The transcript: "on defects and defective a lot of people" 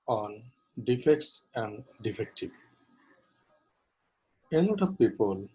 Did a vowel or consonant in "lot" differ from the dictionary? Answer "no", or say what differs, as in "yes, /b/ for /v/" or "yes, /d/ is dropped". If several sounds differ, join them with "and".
yes, /n/ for /l/